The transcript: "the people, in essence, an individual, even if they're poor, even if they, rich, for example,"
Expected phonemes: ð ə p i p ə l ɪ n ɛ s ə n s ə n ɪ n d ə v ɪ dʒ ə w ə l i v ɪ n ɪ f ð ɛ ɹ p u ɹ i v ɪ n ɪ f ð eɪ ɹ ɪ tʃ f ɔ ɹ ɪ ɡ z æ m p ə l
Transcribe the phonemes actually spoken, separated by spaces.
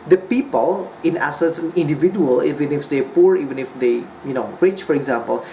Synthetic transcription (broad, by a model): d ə p i p ə l ɪ n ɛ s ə s ə n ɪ n d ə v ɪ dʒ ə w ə l i v ɪ n ɪ f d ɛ p u ɹ i v ɪ n ɪ f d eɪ ɹ ɪ tʃ f ɔ ɹ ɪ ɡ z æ m p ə l